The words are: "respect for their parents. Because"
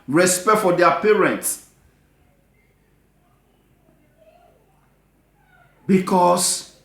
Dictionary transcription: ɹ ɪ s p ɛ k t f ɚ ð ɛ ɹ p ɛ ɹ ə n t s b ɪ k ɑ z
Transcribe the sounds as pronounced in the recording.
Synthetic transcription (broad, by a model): ɹ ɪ s p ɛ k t f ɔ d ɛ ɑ p ɛ ɹ ə n t s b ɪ k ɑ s